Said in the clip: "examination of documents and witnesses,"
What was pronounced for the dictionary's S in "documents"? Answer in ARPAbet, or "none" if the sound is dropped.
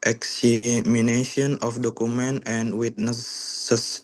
none